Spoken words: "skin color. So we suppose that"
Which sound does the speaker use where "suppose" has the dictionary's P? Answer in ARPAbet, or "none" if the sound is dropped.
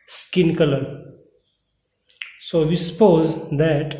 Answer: P